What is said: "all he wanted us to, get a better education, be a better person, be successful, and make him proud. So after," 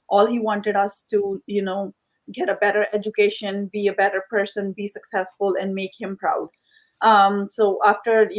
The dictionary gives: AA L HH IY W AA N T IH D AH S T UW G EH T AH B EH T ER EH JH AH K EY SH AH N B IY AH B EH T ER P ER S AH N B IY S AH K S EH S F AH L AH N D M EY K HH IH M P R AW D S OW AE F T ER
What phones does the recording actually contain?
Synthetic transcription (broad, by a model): AA L HH IY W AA N T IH D AH S T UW G EH T AH B EH T ER EH JH AH K EY SH AH N B IY AH B EH T ER P ER S AH N B IY S AH K S EH S F AH L AH N D M EY K HH IH M P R AW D S OW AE F T ER